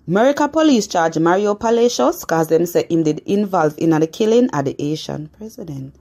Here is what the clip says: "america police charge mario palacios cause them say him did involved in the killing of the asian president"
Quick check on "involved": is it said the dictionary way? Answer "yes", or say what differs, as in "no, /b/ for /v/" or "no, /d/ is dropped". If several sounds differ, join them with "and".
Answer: no, /d/ is dropped